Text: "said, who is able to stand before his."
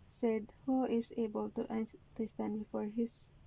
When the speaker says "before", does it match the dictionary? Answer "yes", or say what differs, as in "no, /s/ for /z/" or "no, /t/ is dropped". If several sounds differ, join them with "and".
yes